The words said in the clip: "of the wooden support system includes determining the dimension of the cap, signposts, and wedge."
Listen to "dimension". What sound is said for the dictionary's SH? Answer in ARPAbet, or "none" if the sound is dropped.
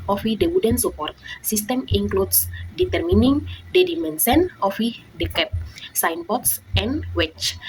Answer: S